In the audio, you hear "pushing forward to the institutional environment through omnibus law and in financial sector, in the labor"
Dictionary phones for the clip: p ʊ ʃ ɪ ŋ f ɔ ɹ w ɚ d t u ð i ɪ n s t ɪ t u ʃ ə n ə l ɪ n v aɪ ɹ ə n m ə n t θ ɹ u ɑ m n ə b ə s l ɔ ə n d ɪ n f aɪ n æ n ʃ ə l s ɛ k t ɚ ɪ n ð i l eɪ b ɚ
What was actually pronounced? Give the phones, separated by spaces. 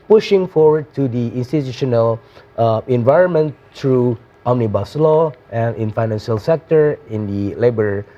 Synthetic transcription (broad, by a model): p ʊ ʃ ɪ ŋ f ɔ ɹ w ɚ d t u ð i ɪ n s t ɪ t u ʃ ə n ə l ɪ n v aɪ ɹ ə n m ə n t ɹ u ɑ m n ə b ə s l ɔ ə n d ɪ n f aɪ n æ n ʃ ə l s ɛ k t ɚ ɪ n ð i l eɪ b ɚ